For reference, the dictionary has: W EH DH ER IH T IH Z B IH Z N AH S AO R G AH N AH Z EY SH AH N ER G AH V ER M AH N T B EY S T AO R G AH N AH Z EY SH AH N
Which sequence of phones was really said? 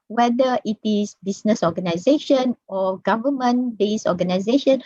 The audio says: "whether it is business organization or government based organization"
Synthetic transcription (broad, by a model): W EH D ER IH T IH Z B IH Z N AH S AO G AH N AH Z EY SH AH N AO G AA V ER M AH N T B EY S AO G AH N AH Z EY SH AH N